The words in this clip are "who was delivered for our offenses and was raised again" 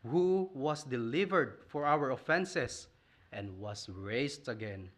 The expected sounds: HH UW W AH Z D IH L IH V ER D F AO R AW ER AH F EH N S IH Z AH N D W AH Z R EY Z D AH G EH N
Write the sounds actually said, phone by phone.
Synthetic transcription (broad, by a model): HH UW W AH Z D IH L IH V ER D F AO R AW ER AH F EH N S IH S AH N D W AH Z R EY S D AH G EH N